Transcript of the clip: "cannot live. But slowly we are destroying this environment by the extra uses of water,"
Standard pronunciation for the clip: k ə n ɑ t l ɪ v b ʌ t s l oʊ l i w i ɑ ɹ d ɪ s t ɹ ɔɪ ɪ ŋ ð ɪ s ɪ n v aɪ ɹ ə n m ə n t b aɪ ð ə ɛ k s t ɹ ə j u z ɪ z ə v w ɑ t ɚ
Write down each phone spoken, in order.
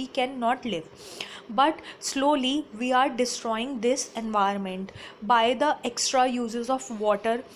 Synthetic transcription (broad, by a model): k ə n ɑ t l ɪ v b ʌ t s l oʊ l i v i ɑ ɹ d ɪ s t ɹ ɔɪ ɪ ŋ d ɪ s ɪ n v aɪ ə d m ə n t b aɪ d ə ɛ k s t ɹ ə j u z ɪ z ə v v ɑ t ɚ